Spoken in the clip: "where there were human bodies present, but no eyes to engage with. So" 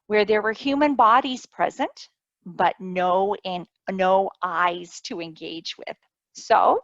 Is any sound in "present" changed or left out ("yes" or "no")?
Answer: no